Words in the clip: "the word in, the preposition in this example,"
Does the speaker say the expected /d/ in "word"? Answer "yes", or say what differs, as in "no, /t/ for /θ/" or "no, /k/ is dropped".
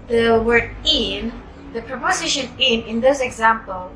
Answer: no, /d/ is dropped